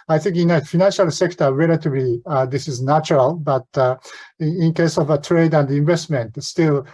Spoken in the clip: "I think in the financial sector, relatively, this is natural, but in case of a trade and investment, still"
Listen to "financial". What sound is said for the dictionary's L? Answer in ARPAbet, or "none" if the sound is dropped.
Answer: L